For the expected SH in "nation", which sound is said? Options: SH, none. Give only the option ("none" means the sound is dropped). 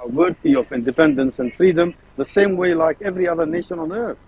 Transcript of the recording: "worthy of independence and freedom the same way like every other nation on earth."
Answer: SH